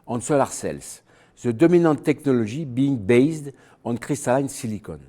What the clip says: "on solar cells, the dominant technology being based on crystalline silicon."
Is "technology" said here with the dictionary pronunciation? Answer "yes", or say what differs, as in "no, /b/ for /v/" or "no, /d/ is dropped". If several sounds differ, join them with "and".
no, /ʒ/ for /dʒ/